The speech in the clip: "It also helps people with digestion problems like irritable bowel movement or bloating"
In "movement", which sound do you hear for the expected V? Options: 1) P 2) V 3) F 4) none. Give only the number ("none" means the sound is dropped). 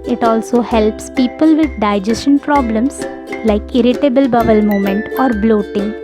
4